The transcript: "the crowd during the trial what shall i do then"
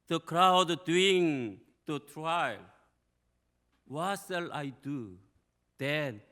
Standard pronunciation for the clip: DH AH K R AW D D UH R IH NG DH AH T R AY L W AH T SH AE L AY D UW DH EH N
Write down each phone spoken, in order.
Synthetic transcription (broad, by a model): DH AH K R AW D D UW IH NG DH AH T R AY L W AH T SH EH L AY D UW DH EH N